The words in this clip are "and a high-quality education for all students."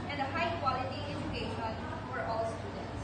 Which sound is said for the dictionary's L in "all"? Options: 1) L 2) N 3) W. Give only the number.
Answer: 1